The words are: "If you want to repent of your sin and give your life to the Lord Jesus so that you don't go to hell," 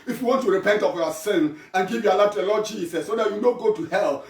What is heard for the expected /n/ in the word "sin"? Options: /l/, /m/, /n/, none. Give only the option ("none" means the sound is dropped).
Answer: /n/